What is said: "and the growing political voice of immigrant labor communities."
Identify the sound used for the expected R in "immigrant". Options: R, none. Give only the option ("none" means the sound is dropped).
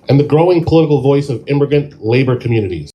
none